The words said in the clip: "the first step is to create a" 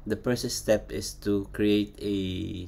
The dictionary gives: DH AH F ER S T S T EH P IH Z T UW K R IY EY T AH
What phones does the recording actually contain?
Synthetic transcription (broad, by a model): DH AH P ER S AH S T EH P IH S T UW K R IY EY T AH